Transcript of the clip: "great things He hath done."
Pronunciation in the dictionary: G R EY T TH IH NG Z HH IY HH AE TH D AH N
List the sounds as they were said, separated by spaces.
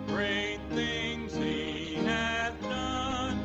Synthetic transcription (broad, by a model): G R EY T TH IH NG Z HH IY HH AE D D AH N